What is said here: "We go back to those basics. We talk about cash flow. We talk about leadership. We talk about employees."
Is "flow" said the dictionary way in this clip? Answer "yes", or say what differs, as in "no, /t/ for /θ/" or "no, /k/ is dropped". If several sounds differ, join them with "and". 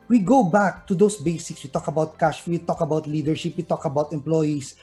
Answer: no, /l/ is dropped